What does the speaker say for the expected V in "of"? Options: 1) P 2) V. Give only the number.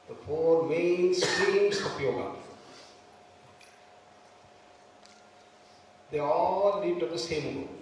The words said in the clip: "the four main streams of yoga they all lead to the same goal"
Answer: 1